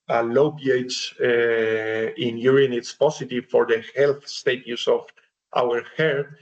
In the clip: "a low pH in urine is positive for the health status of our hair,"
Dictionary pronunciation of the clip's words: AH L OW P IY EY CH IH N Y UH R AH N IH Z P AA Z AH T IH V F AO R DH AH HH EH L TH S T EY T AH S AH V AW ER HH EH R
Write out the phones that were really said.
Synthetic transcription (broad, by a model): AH L OW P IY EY S IH N Y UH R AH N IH S P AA S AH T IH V F AO R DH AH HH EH L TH S T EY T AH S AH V AW ER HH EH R